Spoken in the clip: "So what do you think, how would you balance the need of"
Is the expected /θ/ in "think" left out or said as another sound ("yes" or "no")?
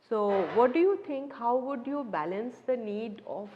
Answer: yes